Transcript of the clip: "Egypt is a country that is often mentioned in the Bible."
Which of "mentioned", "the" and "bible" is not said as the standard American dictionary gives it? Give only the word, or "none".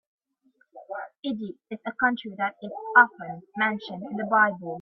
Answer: none